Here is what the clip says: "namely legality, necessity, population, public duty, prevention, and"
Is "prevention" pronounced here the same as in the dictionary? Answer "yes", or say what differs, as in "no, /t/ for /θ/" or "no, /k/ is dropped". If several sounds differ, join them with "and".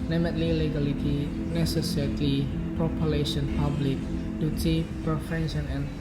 no, /f/ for /v/